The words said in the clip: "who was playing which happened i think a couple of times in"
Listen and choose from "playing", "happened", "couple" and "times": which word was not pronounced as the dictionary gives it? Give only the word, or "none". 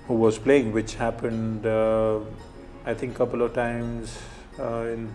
none